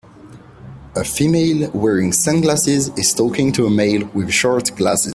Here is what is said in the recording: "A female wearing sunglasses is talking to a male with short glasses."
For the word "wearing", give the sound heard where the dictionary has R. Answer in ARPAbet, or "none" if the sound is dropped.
R